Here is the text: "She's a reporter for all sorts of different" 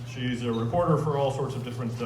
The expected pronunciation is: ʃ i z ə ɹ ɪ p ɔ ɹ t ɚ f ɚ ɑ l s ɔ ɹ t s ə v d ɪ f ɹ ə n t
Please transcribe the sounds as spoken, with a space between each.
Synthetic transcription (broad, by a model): ʃ i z ə ɹ ɪ p ɔ ɹ t ɚ f ɚ ɑ l s ɔ ɹ t s ə v d ɪ f ɹ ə n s